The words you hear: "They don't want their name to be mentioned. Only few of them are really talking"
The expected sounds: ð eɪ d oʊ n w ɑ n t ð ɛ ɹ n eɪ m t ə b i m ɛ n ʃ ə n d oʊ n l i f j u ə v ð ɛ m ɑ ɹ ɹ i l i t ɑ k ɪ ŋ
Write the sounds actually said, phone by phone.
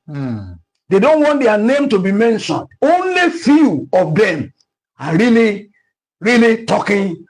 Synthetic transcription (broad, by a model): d eɪ d oʊ n w ɑ n t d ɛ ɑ n eɪ m t ə b i m ɛ n ʃ ə n d oʊ n l i f j u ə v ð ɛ m ɑ ɹ ɹ i l i t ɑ k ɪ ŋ